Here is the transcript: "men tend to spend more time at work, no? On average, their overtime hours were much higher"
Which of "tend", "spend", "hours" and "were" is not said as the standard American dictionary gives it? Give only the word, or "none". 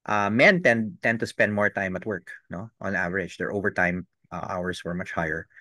hours